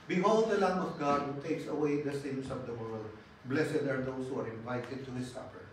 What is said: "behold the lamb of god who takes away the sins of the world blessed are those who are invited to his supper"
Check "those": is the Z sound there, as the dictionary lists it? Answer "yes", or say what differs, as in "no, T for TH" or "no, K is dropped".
no, S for Z